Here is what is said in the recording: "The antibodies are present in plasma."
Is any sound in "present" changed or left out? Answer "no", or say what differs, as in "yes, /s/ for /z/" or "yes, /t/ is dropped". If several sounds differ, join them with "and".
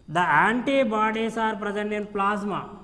yes, /t/ is dropped